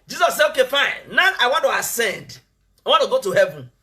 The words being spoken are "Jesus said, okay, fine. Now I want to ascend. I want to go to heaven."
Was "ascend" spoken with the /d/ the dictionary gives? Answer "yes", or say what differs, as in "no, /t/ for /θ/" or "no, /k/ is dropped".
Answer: yes